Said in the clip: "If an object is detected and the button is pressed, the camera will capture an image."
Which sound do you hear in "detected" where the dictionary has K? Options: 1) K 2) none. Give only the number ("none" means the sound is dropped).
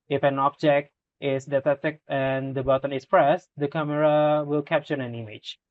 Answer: 2